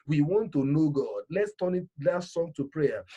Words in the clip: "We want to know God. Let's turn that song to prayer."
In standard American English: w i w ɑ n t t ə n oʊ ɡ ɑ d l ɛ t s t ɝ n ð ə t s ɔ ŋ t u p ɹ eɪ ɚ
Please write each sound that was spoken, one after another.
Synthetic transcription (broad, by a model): w i w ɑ n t t ə n oʊ ɡ ɑ d l ɛ t s t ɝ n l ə t s ɔ ŋ t u p ɹ eɪ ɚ